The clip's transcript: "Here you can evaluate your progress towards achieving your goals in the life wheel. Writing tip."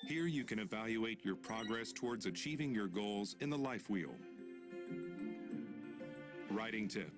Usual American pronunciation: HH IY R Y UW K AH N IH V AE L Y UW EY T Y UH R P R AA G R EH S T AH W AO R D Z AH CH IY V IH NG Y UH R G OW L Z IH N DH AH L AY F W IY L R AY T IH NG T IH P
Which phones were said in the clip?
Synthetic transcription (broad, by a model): HH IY R Y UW K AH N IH V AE L Y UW EY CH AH R P R AA G R EH S T AH W AO R D Z AH CH IY V IH NG Y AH R G OW L Z IH N DH AH L AY F W IY L R AY T IH NG T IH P